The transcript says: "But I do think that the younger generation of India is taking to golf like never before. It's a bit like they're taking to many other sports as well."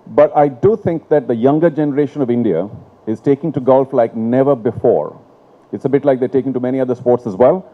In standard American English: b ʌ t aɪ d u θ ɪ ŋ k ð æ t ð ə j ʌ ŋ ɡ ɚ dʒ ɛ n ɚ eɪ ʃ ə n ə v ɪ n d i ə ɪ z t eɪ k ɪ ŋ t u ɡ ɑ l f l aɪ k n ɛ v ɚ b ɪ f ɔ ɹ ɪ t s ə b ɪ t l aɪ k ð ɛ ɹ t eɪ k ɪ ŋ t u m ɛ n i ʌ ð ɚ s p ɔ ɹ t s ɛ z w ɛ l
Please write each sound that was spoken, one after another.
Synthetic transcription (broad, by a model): b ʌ t aɪ d u t ɪ ŋ k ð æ t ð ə j ʌ ŋ ɡ ɚ dʒ ɛ n ɚ eɪ ʃ ə n ə v ɪ n d i ə ɪ z t eɪ k ɪ ŋ t u ɡ ɑ l f l aɪ k n ɛ v ɚ b ɪ f ɔ ɹ ɪ t s ə b ɪ t l aɪ k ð ɛ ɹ t eɪ k ɪ ŋ t u m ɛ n i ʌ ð ɚ s p ɔ ɹ t s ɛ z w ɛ l